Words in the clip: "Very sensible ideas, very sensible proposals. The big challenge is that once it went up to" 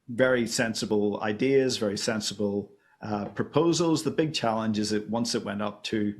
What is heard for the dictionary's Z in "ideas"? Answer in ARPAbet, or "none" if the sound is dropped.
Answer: Z